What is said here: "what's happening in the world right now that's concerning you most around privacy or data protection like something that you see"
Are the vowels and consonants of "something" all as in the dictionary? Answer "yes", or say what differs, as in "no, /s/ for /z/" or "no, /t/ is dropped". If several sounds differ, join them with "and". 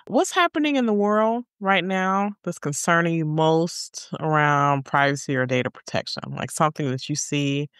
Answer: yes